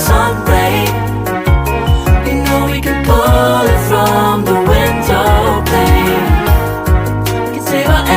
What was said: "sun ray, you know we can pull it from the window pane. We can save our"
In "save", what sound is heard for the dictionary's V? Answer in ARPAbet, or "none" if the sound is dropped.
W